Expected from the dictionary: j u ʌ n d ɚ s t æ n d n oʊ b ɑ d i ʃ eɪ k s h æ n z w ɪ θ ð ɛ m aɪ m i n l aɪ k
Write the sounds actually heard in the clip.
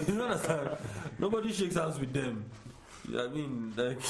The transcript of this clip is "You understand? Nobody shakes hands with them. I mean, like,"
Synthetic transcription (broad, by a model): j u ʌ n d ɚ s t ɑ n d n oʊ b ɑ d i ʃ eɪ k s h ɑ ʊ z w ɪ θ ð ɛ m aɪ m i n l aɪ k